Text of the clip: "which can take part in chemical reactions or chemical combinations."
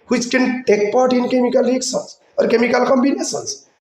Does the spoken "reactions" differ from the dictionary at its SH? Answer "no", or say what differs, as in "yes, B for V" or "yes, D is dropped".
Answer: yes, S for SH